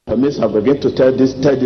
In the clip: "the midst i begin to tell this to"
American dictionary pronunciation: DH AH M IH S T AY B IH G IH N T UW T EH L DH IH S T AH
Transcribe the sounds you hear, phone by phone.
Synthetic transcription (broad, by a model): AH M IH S AY B IH G IH N T UW T EH L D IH S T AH